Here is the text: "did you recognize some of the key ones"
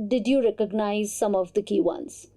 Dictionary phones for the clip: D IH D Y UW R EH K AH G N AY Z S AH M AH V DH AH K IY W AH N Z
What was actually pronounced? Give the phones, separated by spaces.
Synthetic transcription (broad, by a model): D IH D Y UW R EH K AH G N AY Z S AH M AH V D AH K IY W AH N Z